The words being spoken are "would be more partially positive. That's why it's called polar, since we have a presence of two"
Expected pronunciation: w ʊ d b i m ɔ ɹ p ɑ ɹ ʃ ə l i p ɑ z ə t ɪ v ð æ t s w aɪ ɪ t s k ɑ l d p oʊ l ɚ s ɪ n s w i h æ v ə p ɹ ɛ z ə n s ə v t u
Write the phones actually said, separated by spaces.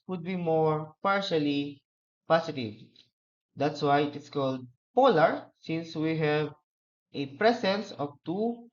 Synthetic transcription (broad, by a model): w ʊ d b i m ɔ ɹ p ɑ ɹ ʃ ə l i p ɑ s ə t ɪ v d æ t s w aɪ ɪ t s k ɑ l d p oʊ l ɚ s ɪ n s w i h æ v ə p ɹ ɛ s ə n s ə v t u